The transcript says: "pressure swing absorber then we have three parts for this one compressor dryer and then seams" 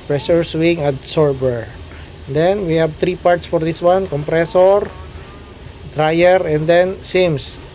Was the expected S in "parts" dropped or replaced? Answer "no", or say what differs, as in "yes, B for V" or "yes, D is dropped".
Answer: no